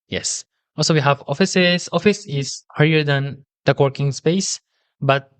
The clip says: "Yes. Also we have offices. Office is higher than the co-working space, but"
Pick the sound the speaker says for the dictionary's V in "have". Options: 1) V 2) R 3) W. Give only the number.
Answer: 1